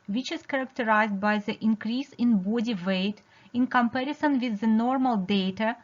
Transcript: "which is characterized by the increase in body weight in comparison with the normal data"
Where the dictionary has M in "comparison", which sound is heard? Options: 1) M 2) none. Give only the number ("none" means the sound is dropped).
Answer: 1